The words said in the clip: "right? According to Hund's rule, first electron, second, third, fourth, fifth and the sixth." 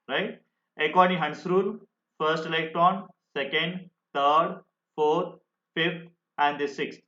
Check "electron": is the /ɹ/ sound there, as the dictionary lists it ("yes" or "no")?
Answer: no